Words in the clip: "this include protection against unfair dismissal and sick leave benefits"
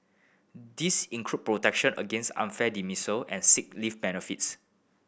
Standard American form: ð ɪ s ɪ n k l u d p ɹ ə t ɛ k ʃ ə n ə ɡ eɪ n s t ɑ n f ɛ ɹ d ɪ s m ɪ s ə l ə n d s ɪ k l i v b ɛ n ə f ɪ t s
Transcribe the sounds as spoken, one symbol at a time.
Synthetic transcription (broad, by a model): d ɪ s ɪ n k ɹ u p p ɹ ə t ɛ k ʃ ə n ə ɡ eɪ n s t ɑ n f ɛ d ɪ m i s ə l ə n s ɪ k l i f b ɛ n ə f ɪ t s